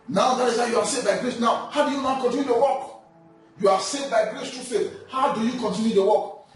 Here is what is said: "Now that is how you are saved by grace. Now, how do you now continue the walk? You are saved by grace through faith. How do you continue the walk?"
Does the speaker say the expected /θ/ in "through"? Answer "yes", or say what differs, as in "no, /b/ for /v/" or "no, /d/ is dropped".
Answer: no, /t/ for /θ/